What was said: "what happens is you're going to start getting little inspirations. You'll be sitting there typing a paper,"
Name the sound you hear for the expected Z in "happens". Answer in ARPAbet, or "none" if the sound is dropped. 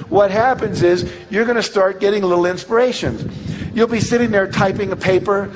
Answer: Z